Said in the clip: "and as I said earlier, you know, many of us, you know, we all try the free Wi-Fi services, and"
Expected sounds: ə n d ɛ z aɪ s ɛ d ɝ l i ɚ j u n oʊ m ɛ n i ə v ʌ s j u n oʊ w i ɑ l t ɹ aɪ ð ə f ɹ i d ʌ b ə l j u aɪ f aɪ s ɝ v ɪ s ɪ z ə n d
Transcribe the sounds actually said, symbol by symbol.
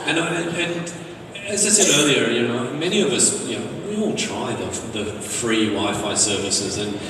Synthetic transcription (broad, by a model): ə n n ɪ z aɪ s ɛ d ɝ l i ɚ j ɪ n oʊ m ɛ n i ə v ʌ s j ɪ n oʊ w i ɑ l t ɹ aɪ ð ə f ɹ i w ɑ ə f aɪ s ɝ v ɪ s ɪ z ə n